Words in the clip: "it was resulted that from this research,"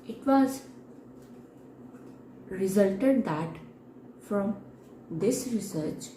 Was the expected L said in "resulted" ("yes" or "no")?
yes